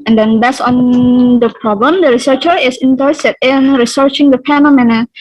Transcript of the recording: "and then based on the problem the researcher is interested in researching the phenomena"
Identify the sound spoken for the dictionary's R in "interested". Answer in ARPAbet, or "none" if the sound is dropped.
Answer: none